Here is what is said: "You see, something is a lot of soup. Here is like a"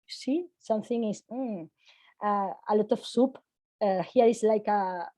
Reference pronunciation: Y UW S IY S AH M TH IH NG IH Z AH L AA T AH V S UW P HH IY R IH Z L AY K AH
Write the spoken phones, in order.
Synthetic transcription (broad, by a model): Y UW S IY S AH M TH IH NG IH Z AH L AA T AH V S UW P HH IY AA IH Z L AY K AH